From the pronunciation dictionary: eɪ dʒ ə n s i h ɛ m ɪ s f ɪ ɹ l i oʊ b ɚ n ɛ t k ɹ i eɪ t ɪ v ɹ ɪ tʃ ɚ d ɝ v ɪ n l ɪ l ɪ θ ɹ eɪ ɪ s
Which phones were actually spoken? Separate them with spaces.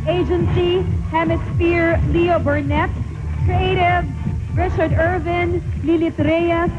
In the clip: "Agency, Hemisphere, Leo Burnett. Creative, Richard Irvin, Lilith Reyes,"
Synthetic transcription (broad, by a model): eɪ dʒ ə n s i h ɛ m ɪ s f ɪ ɹ l i oʊ b ɚ n ɛ t k ɹ i eɪ t ɪ v ɹ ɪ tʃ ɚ d ɝ v ɪ n l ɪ l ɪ t ɹ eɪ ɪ